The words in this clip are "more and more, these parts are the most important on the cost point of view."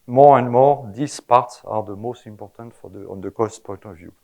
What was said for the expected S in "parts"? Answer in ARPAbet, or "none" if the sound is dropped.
S